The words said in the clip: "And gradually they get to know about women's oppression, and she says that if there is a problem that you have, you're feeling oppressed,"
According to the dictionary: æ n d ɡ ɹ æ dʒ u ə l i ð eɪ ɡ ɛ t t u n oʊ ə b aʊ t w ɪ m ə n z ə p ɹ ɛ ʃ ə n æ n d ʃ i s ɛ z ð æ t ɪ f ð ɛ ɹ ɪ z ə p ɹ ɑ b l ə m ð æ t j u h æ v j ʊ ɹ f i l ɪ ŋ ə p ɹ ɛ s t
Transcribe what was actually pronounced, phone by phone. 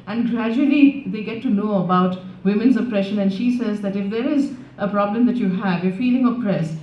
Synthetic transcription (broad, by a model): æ n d ɡ ɹ æ dʒ u ə l i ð eɪ ɡ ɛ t t u n oʊ ə b aʊ t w ɪ m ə n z ə p ɹ ɛ ʃ ə n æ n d ʃ i s ɛ z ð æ t ɪ f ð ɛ ɹ ɪ z ə p ɹ ɑ b l ə m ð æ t j u h æ v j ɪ f i l ɪ ŋ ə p ɹ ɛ s